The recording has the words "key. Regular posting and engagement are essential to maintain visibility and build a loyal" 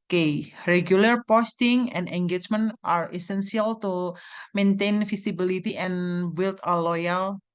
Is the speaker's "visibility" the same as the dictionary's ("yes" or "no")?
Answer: no